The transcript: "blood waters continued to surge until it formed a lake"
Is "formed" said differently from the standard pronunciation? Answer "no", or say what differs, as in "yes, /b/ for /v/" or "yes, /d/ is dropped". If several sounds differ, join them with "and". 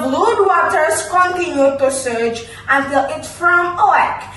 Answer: yes, /d/ is dropped